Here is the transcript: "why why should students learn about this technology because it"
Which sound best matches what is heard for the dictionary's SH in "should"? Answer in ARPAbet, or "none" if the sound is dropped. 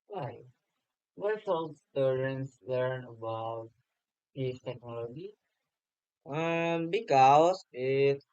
S